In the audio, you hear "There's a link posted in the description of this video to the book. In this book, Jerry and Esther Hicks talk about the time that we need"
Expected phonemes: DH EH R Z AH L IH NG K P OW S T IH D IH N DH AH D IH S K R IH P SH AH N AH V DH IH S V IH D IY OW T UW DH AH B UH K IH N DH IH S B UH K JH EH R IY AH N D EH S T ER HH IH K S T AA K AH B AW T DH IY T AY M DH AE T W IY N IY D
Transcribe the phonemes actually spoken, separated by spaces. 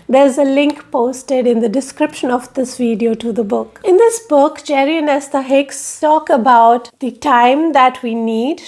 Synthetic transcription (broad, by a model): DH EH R Z AH L IH NG K P OW S T IH D IH N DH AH D IH S K R IH P SH AH N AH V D IH S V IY D IY OW T UW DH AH B UH K IH N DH IH S B UH K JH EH R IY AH N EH S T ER HH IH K S T AA K AH B AW T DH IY T AY M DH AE T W IY N IY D